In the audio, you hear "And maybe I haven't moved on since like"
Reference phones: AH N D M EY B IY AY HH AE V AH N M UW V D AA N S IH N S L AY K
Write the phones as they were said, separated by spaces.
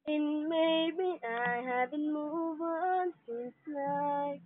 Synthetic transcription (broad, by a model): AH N M EY B IY AY HH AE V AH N M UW V AA N S IH N S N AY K